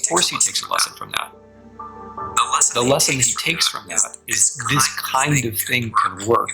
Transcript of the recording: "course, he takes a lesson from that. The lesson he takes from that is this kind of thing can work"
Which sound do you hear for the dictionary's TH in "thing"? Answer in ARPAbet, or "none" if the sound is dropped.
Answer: TH